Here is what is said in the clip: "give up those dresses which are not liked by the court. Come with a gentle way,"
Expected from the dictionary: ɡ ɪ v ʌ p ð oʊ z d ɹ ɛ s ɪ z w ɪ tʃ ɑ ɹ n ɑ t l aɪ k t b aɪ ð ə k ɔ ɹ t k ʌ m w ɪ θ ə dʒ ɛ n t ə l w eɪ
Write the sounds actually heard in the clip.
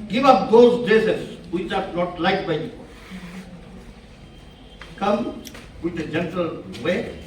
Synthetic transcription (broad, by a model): ɡ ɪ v ʌ p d oʊ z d ɛ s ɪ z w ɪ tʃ ɑ ɹ n ɑ t l aɪ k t b aɪ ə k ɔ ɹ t k ʌ m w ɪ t ə dʒ ɛ n t ə l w eɪ